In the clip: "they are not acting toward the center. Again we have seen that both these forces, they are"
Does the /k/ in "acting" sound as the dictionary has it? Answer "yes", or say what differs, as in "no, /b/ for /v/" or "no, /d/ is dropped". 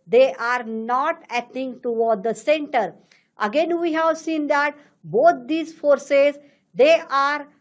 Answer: no, /k/ is dropped